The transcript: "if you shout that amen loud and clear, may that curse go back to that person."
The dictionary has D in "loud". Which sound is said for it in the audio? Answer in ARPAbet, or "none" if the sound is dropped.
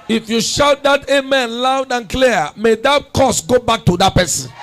D